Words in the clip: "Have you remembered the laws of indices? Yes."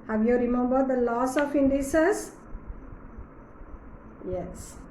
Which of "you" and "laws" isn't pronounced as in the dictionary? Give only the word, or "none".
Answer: laws